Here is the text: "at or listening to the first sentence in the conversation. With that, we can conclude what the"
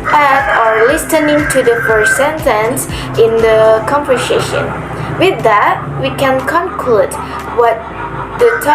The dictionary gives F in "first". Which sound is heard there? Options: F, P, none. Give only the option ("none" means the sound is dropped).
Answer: P